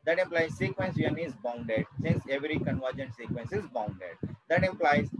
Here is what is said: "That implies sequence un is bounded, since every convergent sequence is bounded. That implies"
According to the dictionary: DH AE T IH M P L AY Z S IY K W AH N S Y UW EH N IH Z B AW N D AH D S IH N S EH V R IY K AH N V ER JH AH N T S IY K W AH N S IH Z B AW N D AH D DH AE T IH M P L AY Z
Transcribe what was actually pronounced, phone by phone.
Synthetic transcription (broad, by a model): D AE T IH M P L AY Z S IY K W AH N S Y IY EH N IH Z B AW N D AH D S IH N S EH V R IY K AH N V ER JH AH N T S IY K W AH N S IH Z B AW N D AH D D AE T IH M P L AY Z